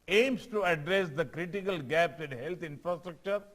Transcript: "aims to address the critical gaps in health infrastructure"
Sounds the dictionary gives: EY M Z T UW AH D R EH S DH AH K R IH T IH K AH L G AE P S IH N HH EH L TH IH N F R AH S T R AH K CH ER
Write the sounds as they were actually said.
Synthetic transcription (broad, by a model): EY M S T UW AH D R EH S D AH K R IH T IH K AH L G AE P S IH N HH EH L T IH N F R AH S T R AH K CH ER